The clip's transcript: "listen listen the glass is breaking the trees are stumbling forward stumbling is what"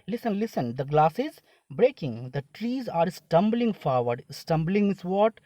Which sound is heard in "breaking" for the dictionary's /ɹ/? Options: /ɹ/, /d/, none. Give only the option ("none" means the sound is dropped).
/ɹ/